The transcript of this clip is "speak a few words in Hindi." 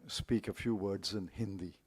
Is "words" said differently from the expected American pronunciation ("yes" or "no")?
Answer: no